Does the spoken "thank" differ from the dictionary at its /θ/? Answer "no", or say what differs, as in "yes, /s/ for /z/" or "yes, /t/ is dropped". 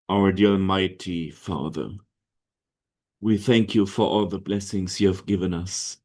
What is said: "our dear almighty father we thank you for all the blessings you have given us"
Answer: no